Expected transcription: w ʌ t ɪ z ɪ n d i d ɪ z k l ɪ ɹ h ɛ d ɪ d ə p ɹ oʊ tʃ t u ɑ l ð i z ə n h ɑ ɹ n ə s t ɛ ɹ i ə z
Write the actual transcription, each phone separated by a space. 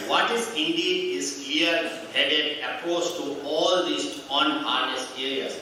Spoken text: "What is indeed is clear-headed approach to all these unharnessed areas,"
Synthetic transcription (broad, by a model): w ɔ t ɪ z ɪ n d i d ɪ z k l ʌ ɹ h ɛ d ɪ d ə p oʊ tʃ t u ɑ l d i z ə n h ɑ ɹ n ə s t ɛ ɹ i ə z